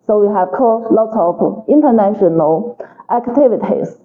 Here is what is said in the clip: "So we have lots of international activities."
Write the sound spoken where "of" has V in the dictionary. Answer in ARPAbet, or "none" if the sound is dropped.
P